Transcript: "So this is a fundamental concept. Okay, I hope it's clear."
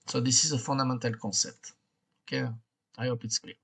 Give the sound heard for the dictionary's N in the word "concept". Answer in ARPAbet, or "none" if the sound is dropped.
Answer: none